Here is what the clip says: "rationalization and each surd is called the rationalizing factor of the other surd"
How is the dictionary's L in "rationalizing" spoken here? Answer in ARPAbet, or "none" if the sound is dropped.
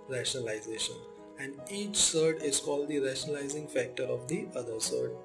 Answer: L